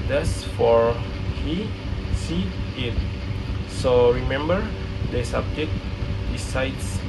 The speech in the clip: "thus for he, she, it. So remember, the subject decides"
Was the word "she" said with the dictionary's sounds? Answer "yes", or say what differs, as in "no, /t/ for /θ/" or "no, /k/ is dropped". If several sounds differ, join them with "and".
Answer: no, /s/ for /ʃ/